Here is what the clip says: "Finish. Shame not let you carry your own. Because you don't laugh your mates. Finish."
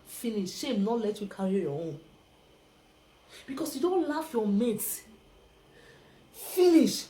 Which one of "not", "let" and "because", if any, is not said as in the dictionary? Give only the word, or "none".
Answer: because